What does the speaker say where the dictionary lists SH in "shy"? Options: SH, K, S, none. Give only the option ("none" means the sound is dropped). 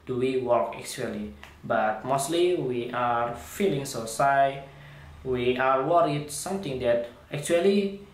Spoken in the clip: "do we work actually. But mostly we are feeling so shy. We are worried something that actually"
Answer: S